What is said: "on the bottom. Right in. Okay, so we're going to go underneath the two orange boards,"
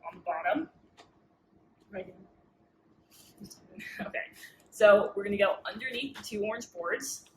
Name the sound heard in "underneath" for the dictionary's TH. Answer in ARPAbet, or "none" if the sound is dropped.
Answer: TH